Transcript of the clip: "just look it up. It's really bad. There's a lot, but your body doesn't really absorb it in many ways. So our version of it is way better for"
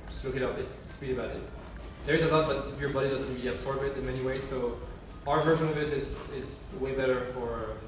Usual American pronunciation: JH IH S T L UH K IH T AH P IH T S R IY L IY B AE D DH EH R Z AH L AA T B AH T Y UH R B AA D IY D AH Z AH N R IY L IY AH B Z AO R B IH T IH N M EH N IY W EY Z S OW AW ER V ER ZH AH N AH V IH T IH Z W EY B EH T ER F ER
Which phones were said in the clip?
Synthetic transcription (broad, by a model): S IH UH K IH T AH P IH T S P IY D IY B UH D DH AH R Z AH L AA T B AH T Y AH R B AA D IY D AH Z AH N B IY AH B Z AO R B IH T IH N M EH N IY W EY Z S OW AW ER V ER ZH AH N AH V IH T IH Z W EY B EH T ER F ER